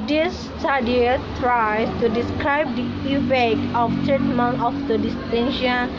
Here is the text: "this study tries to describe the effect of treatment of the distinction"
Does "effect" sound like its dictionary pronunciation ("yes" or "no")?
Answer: no